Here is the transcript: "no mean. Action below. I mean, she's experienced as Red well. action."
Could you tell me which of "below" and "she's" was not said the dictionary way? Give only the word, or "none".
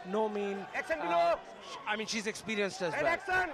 below